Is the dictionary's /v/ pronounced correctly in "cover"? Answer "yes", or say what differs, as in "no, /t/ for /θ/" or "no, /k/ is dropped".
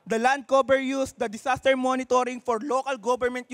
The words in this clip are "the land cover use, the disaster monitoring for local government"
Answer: no, /b/ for /v/